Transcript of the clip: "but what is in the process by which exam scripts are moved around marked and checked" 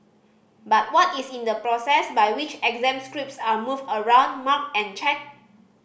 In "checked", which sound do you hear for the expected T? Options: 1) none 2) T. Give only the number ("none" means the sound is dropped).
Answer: 1